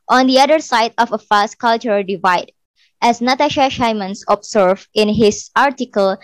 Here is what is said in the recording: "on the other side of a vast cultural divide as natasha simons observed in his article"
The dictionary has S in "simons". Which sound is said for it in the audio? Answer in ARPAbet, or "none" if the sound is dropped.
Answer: SH